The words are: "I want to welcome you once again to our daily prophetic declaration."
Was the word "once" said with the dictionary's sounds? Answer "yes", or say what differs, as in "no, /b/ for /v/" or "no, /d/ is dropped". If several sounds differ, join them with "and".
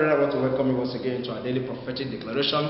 no, /n/ is dropped